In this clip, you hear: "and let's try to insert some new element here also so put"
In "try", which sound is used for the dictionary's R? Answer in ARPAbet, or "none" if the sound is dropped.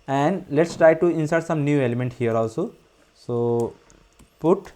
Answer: R